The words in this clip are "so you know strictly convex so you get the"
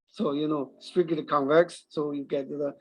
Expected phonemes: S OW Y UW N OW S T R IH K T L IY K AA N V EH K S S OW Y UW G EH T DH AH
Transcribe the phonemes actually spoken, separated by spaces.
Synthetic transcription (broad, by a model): S OW Y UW N OW S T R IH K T IY K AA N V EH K S S OW Y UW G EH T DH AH